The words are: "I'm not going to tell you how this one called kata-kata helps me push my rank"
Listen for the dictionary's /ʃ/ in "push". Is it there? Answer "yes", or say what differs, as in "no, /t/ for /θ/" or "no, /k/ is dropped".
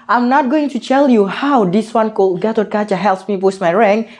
no, /s/ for /ʃ/